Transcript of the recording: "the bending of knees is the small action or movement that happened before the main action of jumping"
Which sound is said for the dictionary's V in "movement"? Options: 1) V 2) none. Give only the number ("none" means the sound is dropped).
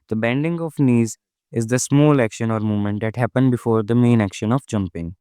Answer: 2